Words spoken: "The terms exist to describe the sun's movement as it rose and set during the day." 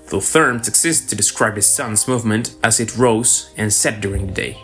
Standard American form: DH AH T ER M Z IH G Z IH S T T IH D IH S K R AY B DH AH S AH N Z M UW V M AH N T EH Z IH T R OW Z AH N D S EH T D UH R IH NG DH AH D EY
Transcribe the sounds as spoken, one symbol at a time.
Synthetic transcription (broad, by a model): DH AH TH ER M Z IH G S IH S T T IH D IH S K R AY B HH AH S AH N Z M UW V M AH N T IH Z IH T R OW Z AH N S EH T D UH R IH NG DH AH D EY